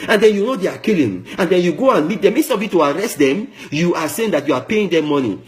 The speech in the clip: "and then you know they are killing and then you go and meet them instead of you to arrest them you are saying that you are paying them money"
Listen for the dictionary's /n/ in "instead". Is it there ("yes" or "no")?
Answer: no